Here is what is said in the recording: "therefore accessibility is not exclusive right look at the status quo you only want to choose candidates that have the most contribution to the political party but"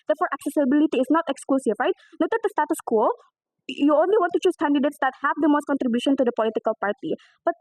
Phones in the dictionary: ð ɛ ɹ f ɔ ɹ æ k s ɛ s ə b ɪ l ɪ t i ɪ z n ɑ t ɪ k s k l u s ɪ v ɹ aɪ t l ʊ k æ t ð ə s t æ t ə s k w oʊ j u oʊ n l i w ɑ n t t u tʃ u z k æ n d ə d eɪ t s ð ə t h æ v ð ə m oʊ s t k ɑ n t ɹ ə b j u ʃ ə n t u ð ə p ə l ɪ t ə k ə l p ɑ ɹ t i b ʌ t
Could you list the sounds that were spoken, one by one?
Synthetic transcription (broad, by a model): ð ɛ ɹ f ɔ ɹ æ k s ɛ s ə b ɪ l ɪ t i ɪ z n ɑ t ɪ k s k l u s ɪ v ɹ aɪ t n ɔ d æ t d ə s t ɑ t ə s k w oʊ j u oʊ n l i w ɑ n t t u tʃ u s k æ n d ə d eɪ t s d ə t h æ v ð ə m oʊ s t k ɑ n t ɹ ə b j u ʃ ə n t u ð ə p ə l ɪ t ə k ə l p ɑ ɹ t i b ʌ t